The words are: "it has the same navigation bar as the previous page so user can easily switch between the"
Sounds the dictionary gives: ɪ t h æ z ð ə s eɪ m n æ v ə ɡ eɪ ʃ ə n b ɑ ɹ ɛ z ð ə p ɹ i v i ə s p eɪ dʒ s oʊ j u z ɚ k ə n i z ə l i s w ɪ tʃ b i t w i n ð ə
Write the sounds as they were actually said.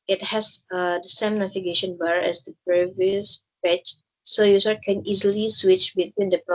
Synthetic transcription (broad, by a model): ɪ t h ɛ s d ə s eɪ m n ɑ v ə ɡ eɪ ʃ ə n b ɑ ɹ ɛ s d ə p ɹ i v i ə s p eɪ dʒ s oʊ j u s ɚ k ə n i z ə l i s w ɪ tʃ b i t w i n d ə